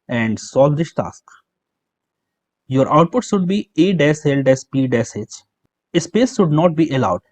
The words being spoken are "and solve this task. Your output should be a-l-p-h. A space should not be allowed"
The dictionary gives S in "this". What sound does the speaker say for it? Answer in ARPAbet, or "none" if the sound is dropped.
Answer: SH